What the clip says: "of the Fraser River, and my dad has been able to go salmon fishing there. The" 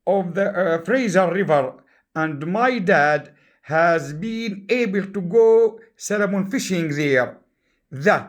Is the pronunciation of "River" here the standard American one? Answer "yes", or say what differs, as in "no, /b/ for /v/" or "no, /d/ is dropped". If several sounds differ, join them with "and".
yes